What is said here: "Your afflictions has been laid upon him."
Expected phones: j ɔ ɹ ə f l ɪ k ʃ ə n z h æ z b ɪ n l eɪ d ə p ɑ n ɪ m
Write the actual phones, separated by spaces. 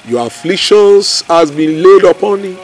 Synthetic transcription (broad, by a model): j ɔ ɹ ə f l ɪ k ʃ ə n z h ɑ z b ɪ n l eɪ d ə p ɑ n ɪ